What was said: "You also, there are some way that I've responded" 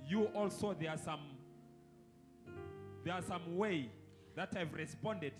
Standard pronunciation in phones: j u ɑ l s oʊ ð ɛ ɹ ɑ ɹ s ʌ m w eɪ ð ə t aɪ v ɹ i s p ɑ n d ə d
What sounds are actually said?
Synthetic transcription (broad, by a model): j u ɑ l s oʊ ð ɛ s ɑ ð s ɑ m w eɪ ð ə t aɪ v ɹ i s p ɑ n d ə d